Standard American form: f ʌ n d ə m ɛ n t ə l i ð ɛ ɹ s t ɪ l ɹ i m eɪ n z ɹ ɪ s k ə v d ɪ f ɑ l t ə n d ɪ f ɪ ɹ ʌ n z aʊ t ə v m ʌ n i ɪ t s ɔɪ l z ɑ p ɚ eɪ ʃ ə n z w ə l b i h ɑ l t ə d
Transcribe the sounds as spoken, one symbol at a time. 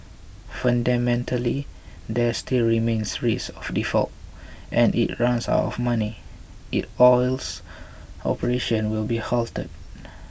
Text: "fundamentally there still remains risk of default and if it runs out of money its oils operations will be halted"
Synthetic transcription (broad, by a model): f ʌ n d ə m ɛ n t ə l i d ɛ s t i l ɹ i m eɪ n s ɹ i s ə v d ɪ f ɑ l t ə n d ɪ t ɹ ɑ n s aʊ t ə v m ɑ n i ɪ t ɔɪ l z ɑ p ɚ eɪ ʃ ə n w ə l b i h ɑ l t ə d